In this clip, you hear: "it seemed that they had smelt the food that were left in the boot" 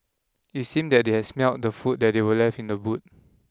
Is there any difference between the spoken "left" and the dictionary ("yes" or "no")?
yes